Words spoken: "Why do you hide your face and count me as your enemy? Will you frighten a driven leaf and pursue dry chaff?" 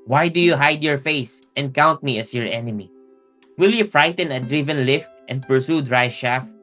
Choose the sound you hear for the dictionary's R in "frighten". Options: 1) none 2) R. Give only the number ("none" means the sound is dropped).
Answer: 2